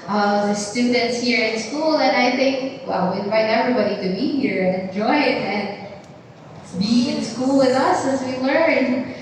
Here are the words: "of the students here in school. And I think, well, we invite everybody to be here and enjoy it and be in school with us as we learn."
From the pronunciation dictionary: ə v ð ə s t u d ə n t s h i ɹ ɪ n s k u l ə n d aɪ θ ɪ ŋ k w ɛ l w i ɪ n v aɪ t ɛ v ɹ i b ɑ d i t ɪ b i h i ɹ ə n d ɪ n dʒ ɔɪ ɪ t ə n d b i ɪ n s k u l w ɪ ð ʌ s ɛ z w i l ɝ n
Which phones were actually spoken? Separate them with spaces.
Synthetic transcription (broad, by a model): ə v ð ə s t u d n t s h i ɹ ɪ n s k u l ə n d aɪ θ ɪ ŋ k w ɛ l w i ɪ n v aɪ t ɛ v ɹ i b ɑ d i t ɪ b i h i ɹ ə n ɪ n dʒ ɔɪ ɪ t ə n b i ɪ n s k u l w ɪ ð ʌ s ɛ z w i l ɝ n